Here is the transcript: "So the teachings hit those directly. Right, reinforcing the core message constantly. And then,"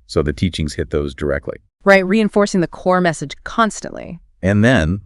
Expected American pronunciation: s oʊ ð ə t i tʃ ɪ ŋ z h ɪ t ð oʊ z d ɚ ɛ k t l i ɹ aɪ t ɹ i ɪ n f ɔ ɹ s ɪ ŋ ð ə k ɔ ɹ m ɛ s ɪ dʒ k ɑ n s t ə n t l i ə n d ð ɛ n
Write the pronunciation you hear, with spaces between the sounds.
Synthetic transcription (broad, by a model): s oʊ ð ə t i tʃ ɪ ŋ z h ɪ t ð oʊ z d ɚ ɛ k t l i ɹ aɪ t ɹ i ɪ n f ɔ ɹ s ɪ ŋ ð ə k ɔ ɹ m ɛ s ɪ dʒ k ɑ n s t ə n t l i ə n ð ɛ n